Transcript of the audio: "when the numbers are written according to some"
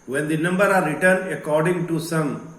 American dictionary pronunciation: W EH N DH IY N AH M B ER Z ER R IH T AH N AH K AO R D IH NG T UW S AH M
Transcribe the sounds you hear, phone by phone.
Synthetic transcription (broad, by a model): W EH N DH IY N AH M B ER ER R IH T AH N AH K AO R D IH NG T UW S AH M